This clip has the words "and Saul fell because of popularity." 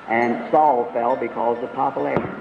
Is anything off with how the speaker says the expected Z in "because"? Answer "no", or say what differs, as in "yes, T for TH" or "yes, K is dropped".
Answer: no